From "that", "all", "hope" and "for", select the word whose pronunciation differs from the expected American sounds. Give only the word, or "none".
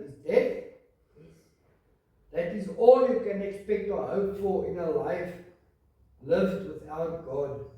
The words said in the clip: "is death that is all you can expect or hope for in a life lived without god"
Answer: for